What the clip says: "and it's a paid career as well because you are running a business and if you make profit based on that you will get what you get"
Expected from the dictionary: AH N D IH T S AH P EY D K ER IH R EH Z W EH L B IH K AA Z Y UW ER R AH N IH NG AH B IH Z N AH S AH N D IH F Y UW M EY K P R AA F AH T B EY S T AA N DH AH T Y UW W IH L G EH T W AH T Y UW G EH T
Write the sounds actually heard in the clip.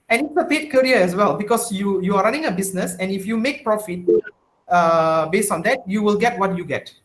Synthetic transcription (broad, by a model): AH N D IH T S AH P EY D K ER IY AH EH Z W EH L B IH K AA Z Y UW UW R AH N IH NG AH B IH S N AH S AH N IH F Y UW M EY K P R AA F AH T B EY S T AA N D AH T Y UW W IH L G EH T W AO T Y UW G EH T